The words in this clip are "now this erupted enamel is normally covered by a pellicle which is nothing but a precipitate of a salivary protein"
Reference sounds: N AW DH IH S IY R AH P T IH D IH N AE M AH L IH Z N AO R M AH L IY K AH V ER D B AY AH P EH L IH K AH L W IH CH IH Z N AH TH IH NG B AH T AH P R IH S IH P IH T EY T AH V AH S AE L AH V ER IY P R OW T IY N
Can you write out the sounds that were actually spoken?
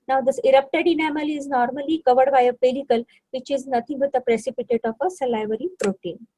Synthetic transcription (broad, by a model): N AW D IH S IY R AH P T IH D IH N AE M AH L IH Z N AO R M AH L IY K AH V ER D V AY AH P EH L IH K AH L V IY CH IH Z N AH T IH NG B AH T AH P R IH S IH P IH T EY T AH F AH S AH L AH V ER IY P R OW T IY N